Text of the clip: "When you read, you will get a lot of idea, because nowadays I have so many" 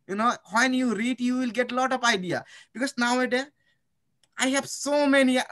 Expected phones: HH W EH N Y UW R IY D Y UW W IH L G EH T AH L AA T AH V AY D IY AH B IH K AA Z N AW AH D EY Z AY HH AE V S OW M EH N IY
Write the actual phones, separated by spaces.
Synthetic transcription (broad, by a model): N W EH N Y UW R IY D Y UW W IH L G EH T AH L AA T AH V AY D IY AH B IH K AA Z N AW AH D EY AY HH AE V S OW M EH N IY